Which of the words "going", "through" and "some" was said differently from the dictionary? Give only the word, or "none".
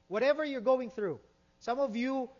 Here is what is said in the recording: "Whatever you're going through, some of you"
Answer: none